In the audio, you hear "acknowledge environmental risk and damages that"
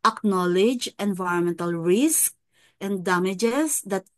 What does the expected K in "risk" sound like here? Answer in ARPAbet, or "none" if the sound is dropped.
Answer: K